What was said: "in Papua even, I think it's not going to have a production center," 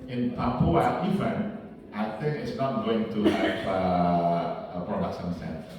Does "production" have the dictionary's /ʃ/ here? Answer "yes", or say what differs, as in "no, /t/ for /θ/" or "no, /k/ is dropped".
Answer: no, /s/ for /ʃ/